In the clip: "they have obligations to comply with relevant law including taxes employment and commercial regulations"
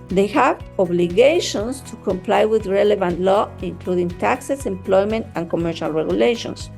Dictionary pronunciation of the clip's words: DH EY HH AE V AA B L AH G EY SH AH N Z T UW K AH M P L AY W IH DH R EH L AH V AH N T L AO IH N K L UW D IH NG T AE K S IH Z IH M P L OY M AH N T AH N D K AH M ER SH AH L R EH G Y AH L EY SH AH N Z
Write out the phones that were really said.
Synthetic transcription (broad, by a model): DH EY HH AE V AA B L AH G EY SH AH N S T UW K AH M P L AY W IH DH R EH L AH V AH N T L AO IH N K L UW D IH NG T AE K S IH S IH M P L OY M AH N T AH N K AH M ER SH AH L R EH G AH L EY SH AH N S